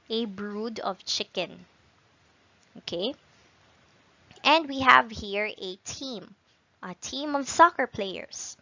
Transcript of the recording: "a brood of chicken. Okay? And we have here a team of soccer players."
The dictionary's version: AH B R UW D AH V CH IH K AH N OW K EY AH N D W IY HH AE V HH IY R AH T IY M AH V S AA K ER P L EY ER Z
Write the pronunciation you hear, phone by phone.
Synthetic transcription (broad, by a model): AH B R UW D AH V CH IH K AH N OW K EY AH N D W IY HH AE V HH IY R AH T IY M AH V S AA K ER P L EY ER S